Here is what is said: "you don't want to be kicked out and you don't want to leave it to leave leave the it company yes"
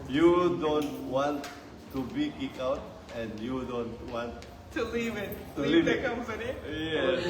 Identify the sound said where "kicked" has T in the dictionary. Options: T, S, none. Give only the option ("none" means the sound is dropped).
none